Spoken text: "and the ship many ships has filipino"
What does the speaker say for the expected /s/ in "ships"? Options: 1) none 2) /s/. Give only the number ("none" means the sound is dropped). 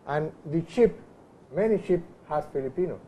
1